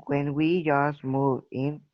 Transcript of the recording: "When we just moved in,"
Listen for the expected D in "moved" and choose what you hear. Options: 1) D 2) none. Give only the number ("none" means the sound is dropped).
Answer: 2